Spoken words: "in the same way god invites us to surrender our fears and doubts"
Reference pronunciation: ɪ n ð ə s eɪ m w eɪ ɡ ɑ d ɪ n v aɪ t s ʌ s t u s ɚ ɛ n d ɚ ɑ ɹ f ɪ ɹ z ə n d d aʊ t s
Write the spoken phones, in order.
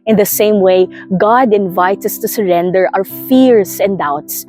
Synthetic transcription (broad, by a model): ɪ n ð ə s eɪ m w eɪ ɡ ɑ d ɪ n v aɪ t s ʌ s t u s ɚ ɛ n d ɚ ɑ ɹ f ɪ ɹ s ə n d d aʊ t s